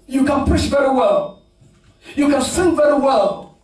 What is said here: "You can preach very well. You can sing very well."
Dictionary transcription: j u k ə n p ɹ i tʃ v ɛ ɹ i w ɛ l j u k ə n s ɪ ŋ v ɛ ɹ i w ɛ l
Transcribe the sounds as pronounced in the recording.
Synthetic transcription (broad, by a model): j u k ə n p ʊ ʃ v ɛ ɹ i w ɛ l j u k ə n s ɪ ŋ v ɛ ɹ i w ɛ l